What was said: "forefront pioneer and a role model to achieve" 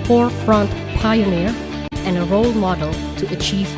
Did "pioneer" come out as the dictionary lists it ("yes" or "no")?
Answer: yes